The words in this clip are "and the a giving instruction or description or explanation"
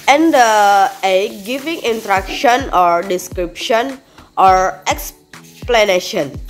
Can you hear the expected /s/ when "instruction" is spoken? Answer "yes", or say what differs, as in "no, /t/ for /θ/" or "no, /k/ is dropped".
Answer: no, /s/ is dropped